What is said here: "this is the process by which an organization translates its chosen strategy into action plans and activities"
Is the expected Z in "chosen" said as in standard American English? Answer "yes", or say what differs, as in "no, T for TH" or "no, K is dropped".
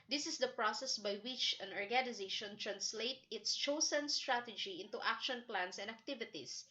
no, S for Z